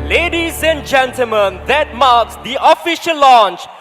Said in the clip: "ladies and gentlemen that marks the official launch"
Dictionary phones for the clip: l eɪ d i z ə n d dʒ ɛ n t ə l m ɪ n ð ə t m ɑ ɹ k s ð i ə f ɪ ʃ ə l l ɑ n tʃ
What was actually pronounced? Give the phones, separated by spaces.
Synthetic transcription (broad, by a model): l eɪ d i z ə n dʒ ɛ n t ə l m ɪ n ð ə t m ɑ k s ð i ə f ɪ ʃ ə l l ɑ n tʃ